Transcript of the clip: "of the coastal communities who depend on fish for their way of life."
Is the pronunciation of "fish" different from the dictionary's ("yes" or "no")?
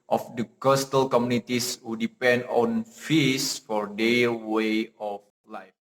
yes